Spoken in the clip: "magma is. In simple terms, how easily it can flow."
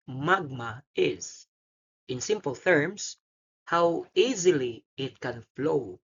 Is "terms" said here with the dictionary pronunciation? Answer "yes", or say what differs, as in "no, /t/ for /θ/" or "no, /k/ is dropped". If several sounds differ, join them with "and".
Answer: no, /s/ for /z/